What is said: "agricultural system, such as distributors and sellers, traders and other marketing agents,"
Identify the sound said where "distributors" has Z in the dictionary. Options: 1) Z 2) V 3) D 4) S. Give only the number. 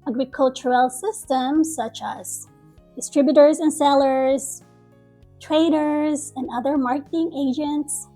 1